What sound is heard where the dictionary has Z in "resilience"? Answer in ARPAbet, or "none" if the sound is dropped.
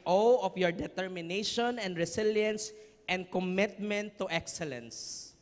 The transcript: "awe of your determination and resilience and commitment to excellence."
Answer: S